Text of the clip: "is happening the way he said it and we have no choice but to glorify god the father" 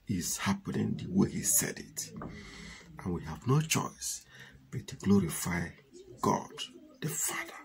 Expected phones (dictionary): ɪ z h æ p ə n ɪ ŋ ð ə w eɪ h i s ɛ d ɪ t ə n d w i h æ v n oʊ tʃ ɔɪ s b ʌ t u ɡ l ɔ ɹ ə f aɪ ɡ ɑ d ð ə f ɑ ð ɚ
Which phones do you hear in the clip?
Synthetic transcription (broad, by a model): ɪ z h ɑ p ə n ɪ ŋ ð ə w eɪ h i s ɛ d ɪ t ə n w i h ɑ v n oʊ tʃ ɔɪ s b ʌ t u ɡ l ɔ ɹ ə f aɪ ɡ ɑ d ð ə f ɑ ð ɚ